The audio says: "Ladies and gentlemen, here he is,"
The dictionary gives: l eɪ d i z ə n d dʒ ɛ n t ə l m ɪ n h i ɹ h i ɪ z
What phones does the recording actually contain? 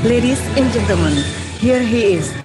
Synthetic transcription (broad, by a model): l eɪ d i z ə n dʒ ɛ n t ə m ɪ n h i ɹ h i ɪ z